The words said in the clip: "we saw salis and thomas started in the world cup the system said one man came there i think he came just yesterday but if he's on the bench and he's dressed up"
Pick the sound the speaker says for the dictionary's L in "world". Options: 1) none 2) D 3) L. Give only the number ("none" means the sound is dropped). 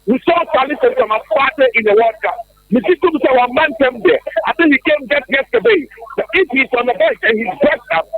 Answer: 1